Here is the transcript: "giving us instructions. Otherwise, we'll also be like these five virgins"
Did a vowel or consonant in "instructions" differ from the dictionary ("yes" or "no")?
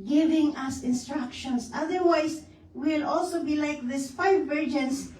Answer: yes